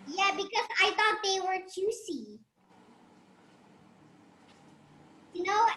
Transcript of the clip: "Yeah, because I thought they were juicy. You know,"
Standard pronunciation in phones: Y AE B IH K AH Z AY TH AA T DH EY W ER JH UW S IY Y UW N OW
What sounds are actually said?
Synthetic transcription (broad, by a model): Y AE B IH K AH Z AY TH AA T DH EY W ER CH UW S IY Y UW N OW